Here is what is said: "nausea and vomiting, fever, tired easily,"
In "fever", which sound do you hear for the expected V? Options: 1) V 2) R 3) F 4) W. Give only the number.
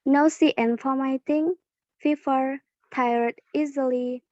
3